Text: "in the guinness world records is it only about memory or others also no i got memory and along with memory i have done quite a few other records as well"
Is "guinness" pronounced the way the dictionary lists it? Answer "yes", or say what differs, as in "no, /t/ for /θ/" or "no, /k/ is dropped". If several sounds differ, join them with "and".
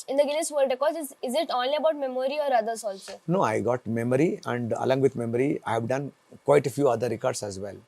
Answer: no, /l/ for /n/